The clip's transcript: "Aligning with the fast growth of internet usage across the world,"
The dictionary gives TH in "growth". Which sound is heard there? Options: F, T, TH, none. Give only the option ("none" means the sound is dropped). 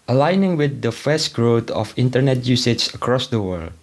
T